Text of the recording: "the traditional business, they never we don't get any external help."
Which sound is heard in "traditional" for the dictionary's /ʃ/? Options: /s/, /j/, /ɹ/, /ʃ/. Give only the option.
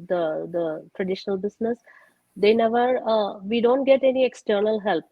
/ʃ/